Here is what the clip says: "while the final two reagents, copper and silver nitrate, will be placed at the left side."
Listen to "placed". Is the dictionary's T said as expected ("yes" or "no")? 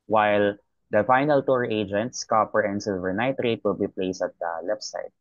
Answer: no